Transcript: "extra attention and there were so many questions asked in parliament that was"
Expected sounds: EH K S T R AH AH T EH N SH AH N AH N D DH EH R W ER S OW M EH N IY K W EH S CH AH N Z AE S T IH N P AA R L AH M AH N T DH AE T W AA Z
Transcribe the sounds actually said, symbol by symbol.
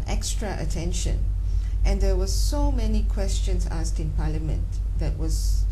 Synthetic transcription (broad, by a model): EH K S T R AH AH T EH N SH AH N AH N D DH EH W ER S OW M EH N IY K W EH S CH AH N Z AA S T IH N P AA L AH M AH N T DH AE T W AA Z